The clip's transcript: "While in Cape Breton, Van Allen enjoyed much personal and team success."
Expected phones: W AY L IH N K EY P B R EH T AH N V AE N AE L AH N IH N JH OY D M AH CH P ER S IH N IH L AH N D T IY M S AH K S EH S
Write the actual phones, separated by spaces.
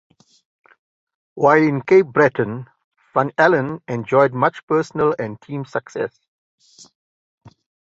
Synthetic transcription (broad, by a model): W AY L IH N K EY P B R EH T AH N F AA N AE L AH N IH N JH OY D M AH CH P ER S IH N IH L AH N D T IY M S AH K S EH S